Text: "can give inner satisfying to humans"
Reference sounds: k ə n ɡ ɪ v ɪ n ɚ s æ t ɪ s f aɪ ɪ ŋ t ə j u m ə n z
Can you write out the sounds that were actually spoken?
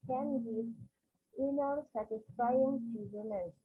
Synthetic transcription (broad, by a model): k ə n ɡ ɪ ɪ n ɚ s æ t ɪ s f aɪ ɪ ŋ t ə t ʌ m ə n